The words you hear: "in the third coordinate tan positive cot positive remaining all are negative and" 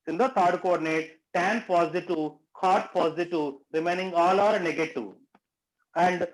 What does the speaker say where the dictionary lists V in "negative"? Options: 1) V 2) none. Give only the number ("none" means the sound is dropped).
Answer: 2